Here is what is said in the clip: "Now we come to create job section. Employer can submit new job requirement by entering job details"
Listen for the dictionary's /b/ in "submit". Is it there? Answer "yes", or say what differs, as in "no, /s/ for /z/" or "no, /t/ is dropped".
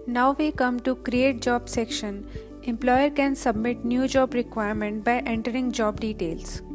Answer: yes